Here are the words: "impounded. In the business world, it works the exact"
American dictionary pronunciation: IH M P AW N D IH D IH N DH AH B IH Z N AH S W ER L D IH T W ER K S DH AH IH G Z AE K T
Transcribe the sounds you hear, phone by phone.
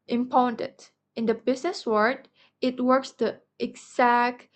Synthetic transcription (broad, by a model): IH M P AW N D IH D IH N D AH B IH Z N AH S W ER D IH T W ER K S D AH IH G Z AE K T